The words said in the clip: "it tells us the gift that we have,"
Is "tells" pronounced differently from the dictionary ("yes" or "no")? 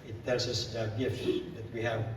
yes